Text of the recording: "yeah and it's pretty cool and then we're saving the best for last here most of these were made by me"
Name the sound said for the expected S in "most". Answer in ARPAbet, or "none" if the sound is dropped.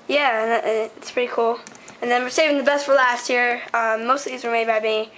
none